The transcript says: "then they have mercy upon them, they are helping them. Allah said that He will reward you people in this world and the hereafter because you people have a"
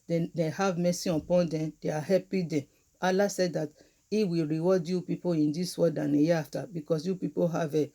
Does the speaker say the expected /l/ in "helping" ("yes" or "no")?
no